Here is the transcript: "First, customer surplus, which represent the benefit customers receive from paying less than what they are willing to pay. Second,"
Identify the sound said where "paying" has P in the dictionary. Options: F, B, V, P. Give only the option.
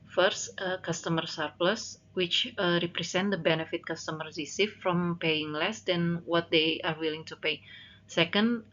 P